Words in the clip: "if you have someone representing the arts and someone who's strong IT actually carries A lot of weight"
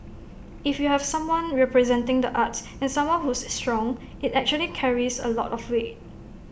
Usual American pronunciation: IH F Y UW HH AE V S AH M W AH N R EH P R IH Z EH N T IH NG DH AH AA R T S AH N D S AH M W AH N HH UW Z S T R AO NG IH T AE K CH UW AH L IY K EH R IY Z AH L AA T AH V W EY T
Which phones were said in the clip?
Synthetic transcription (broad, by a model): IH F Y UW HH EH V S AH M W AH N R EH P R IH Z EH N T IH NG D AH AA T S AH N S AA M W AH N HH UW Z S T R AO NG IH T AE K CH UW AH L IY K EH R IY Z AH L AA T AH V W EY